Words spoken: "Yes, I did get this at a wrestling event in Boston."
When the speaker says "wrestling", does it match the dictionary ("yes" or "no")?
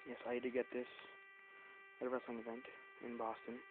no